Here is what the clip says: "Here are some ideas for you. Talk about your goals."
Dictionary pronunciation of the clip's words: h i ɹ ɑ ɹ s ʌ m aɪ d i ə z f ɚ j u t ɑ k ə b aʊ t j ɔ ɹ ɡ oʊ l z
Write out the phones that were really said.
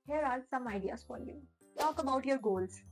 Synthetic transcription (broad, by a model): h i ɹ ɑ l s ʌ m aɪ d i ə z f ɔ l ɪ t ɑ k ə b aʊ t j ɔ ɹ ɡ oʊ l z